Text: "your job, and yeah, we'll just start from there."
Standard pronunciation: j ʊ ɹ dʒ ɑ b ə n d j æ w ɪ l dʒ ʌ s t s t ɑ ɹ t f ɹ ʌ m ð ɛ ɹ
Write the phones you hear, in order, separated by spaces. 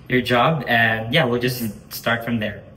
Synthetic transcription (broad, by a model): j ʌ ɹ dʒ ɑ b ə n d j æ w ɪ l dʒ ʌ s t s t ɑ ɹ t f ɹ ʌ m ð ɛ ɹ